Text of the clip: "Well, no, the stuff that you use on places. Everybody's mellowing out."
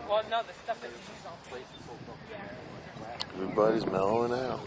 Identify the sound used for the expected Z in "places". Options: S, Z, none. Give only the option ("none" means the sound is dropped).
none